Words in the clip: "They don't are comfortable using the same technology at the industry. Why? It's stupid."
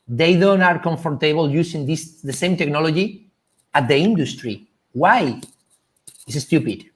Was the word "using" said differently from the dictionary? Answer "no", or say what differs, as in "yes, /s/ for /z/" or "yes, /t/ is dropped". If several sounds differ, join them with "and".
yes, /s/ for /z/